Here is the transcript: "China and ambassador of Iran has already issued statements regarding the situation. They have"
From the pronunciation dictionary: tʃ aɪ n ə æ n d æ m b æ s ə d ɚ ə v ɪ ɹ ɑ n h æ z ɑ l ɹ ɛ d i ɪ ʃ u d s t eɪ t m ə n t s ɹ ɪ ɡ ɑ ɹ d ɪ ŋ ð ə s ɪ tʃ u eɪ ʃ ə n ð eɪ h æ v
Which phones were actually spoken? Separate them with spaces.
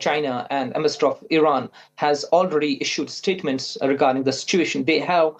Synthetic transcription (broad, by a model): tʃ aɪ n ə æ n d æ m ɪ s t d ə f ɪ ɹ ɑ n h æ z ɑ l ɹ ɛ d i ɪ ʃ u d s t eɪ t m ə n t s ɹ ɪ ɡ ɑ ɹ d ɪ ŋ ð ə s ɪ tʃ u eɪ ʃ ə n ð eɪ h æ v